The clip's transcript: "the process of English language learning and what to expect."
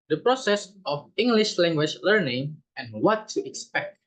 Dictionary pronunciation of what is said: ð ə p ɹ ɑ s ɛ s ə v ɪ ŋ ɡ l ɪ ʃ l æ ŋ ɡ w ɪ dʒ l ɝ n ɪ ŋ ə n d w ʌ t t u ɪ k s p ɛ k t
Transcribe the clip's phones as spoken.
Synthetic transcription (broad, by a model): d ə p ɹ ɑ s ɛ s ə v ɪ ŋ ɡ l ɪ ʃ l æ ŋ ɡ w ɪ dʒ l ɝ n ɪ ŋ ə n w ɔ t t u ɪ k s p ɛ k t